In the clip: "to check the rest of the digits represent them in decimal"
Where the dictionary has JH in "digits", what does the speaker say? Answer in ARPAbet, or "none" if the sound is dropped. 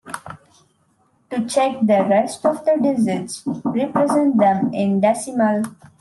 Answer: Z